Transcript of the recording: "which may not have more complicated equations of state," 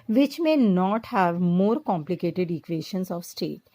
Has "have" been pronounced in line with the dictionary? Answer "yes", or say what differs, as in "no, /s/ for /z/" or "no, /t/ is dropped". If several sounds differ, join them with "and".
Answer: yes